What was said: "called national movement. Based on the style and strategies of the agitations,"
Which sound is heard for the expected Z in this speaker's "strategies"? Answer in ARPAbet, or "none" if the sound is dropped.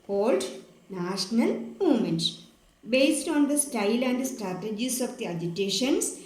S